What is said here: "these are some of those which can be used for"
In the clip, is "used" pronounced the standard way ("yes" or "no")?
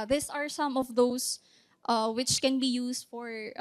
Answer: no